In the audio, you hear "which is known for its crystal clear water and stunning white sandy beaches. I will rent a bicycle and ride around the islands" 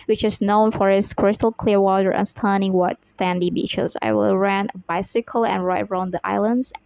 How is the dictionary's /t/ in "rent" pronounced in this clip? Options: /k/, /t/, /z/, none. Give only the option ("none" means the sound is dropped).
none